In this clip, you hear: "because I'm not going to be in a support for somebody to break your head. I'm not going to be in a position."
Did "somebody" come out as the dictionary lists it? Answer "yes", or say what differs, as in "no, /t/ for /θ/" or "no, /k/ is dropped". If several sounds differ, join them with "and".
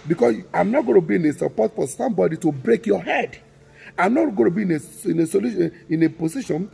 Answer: yes